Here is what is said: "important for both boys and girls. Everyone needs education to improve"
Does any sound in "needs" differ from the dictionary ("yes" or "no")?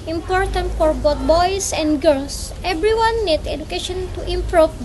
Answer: yes